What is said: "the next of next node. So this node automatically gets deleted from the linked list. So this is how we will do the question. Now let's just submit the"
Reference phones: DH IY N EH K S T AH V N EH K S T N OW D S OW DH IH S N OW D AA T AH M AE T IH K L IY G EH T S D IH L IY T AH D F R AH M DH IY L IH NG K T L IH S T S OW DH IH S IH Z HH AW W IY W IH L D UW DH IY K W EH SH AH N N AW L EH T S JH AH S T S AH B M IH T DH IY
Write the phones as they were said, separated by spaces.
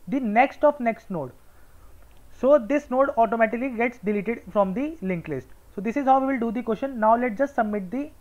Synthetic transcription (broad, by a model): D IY N EH K S T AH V N EH K S T N OW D S OW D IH S N OW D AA T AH M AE T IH K L IY G EH T S D IH L IY T AH D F R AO M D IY L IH NG K L IH S T S OW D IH S IH Z HH AW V IY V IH L D UW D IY K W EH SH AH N N AW L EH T JH AH S T S AH B M IH T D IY